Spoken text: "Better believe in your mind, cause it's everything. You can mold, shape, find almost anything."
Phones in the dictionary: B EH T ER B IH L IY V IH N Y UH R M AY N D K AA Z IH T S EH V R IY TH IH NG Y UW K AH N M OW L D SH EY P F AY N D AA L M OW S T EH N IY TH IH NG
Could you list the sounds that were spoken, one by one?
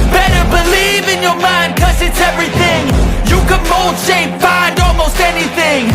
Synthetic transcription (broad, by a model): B EH T ER B IH L IY V IH N Y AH R M AY N D K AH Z IH T S EH V R IY TH IH NG Y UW K AH N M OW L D SH EY P F AY N D AA L M OW S T EH N IY TH IH NG